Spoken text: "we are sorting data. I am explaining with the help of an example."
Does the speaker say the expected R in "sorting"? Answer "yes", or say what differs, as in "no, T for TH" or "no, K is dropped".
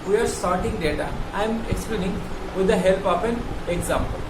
yes